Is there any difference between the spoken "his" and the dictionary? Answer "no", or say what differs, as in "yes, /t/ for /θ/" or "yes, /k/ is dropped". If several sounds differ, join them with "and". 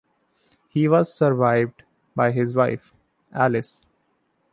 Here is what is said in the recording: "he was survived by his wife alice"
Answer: no